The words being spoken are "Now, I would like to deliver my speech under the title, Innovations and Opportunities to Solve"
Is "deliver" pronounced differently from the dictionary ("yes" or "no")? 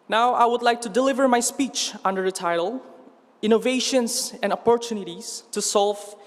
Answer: no